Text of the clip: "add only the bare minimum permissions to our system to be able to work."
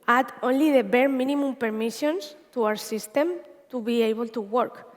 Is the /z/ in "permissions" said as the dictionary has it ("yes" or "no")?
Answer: no